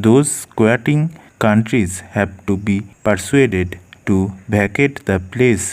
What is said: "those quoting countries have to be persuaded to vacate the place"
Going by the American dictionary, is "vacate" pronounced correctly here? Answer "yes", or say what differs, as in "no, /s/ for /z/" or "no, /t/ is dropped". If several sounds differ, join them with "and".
no, /b/ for /v/